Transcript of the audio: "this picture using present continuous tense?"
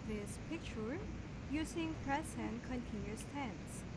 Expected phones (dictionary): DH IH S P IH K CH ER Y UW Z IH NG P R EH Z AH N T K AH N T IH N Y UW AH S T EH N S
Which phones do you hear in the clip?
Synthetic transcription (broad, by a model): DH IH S P IH K CH ER Y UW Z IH NG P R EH S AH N K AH N T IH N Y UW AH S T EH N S